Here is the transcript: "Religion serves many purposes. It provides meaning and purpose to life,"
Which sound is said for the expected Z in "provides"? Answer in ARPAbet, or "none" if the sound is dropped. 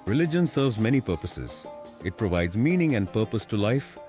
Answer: Z